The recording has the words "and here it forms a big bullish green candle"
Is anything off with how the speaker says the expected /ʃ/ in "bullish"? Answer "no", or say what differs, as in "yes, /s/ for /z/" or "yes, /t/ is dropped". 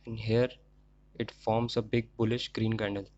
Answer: no